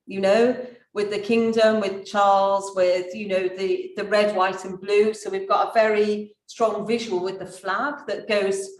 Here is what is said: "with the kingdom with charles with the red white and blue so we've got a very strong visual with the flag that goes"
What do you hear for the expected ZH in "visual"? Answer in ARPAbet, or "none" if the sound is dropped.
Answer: ZH